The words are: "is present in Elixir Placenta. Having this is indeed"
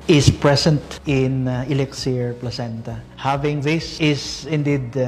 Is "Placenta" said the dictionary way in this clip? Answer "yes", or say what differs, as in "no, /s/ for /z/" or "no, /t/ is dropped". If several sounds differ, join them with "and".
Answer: yes